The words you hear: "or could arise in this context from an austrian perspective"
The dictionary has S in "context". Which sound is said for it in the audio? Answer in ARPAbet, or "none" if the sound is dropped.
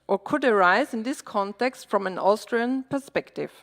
S